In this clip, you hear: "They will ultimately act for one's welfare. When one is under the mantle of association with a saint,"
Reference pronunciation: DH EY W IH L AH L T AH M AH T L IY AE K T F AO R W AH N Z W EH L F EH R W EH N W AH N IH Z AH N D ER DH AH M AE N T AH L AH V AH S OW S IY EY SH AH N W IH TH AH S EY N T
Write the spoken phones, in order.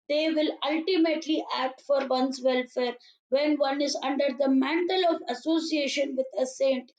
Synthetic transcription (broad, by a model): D EY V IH L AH L T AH M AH T L IY AE K T F AO R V AH N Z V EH L F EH R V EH N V AH N IH Z AH N D ER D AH M AE N T AH L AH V AH S OW S IY EY SH AH N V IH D AH S EY N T